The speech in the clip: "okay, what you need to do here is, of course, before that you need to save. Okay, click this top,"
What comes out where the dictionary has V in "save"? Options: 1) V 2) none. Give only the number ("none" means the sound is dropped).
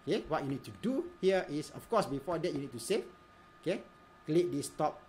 2